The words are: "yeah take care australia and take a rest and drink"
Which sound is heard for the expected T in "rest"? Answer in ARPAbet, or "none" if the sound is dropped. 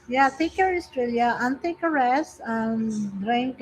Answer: none